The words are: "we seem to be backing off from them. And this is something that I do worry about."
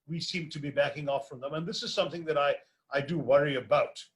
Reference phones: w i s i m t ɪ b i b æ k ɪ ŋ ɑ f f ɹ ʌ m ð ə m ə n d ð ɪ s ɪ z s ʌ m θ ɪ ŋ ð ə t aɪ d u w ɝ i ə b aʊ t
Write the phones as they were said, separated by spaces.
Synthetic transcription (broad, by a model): w i s i m t ɪ b i b æ k ɪ ŋ ɑ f f ɹ ʌ m ð ə m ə n ð ɪ s ɪ z s ʌ m θ ɪ ŋ ð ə t aɪ d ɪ w ɝ i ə b aʊ t